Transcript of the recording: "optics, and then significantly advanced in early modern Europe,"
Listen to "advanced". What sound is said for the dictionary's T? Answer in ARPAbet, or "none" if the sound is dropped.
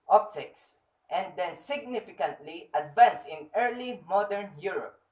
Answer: none